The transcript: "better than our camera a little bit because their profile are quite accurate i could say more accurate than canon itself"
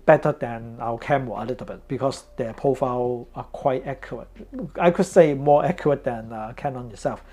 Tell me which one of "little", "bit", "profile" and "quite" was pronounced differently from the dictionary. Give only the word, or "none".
profile